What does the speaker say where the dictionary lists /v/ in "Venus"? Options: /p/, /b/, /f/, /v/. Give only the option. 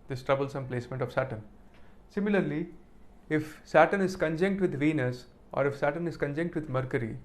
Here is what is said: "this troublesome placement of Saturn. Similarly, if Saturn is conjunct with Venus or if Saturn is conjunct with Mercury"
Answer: /v/